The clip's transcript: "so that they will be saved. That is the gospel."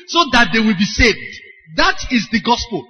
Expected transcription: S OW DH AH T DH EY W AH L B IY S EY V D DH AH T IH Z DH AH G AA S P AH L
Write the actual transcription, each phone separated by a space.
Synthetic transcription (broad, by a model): S OW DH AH T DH EY W AH L B IY S EY V D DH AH T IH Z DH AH G AA S P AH L